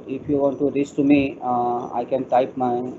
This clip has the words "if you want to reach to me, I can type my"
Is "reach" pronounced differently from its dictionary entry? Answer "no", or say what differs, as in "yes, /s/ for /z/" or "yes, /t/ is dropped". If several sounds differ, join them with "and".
yes, /s/ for /tʃ/